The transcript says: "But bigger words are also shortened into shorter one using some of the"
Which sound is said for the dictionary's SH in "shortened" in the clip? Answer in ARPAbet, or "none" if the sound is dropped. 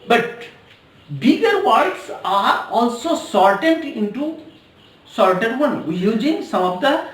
S